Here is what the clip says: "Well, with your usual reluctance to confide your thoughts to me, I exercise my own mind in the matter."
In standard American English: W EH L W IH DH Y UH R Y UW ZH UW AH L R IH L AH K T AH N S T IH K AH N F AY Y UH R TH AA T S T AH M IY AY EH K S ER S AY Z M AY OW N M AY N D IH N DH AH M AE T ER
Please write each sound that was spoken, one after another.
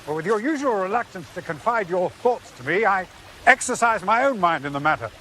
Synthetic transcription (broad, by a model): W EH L W IH DH Y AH R Y UW ZH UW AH L R IH L AH K T AH N S T IH K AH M F AY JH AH R TH AA T S T AH M IY AY EH K S ER S AY Z M AY OW N M AY N D IH N DH AH M AE T ER